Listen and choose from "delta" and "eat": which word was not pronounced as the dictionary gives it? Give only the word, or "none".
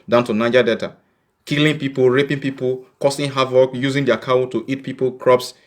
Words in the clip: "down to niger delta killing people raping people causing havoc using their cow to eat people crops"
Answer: delta